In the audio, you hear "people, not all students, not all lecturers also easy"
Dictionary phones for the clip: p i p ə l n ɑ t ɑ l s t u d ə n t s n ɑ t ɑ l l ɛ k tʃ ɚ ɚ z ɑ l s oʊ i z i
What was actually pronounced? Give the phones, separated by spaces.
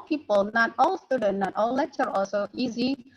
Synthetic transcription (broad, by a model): p i p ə l n ɑ t ɑ l s t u d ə n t n ɑ t ɑ l l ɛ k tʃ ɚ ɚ ɑ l s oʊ i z i